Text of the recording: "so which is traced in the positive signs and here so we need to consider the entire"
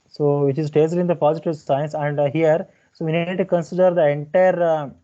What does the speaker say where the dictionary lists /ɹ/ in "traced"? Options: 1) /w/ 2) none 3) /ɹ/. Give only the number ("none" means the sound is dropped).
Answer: 2